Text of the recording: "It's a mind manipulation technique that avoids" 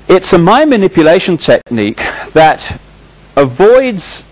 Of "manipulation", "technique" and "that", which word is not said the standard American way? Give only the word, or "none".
none